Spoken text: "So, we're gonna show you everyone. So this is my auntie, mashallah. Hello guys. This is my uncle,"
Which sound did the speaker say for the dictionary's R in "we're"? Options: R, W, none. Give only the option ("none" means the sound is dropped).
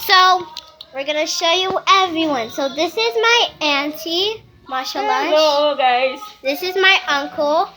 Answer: R